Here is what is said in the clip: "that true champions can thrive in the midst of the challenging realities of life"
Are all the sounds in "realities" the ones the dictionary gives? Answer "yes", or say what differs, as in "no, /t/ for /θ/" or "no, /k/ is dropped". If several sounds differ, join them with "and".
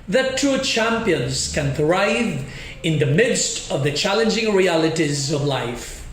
yes